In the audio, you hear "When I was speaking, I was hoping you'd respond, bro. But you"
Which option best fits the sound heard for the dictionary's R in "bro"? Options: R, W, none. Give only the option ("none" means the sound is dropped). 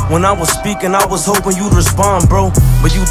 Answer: R